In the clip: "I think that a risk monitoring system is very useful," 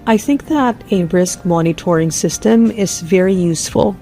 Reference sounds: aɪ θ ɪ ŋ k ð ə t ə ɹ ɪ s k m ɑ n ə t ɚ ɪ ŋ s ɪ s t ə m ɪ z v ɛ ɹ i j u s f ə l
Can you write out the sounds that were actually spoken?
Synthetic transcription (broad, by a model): aɪ θ ɪ ŋ k ð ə t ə ɹ ɪ s k m ɑ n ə t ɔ ɪ ŋ s ɪ s t ə m ɪ z v ɛ ɹ i j u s f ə l